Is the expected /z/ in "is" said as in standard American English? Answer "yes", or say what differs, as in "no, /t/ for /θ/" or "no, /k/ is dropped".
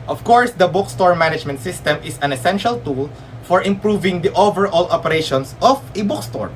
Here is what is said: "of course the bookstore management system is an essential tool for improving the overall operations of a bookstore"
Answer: no, /s/ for /z/